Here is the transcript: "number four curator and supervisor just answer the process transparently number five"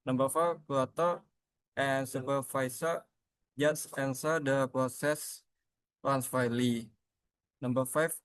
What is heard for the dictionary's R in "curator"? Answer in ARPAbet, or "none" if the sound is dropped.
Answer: L